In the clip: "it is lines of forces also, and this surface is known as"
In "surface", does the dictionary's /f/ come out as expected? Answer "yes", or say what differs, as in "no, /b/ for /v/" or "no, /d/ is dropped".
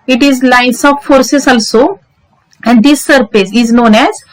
no, /p/ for /f/